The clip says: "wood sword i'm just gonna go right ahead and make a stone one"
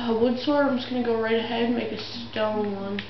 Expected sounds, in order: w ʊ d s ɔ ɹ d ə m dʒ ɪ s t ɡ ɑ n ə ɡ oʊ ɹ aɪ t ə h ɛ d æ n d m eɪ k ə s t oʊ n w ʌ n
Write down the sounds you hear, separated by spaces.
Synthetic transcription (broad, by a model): w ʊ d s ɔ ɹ ə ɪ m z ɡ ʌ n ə ɡ oʊ ɹ aɪ t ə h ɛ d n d m eɪ k ə s t oʊ n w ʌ n